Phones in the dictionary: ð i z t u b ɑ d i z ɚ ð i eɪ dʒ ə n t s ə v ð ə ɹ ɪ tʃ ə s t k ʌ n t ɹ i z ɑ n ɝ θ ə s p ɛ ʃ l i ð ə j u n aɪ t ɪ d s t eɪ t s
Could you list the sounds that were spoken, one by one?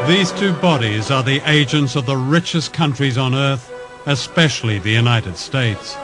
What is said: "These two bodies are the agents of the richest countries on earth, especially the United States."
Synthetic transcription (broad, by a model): ð i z t u b ɑ d i z ɚ ð i eɪ dʒ ə n t s ə v ð ə ɹ ɪ tʃ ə s k ʌ n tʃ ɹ i z n ɝ θ ə s p ɛ ʃ l i ð ə j u n aɪ t ɪ d s t eɪ t s